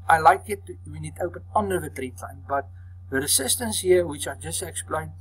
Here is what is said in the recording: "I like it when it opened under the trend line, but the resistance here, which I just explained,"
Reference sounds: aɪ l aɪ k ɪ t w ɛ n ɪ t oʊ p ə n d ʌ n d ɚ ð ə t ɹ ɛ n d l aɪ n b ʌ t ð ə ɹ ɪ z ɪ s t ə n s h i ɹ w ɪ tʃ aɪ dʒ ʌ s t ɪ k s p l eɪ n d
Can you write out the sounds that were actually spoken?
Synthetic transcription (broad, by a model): aɪ l aɪ k ɪ t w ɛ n ɪ t oʊ p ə n ʌ n d ɚ ð ə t ɹ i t l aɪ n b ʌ t ð ə ɹ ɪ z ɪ s t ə n s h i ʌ w ɪ tʃ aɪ dʒ ʌ s t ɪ k s p l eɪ n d